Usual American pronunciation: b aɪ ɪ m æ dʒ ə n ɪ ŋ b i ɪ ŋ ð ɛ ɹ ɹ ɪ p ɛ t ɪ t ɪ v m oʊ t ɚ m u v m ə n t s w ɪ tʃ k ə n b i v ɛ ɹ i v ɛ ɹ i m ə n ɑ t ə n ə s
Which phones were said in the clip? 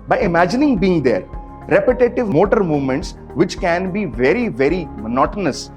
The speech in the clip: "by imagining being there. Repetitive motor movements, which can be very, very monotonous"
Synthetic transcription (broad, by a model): b aɪ ɪ m æ dʒ ə n ɪ ŋ b i ɪ ŋ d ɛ ɹ ɹ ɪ p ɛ t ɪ t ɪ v m oʊ t ɚ m u v m ə n t s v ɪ tʃ k ə n b i v ɛ ɹ i v ɛ ɹ i m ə n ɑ t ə n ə s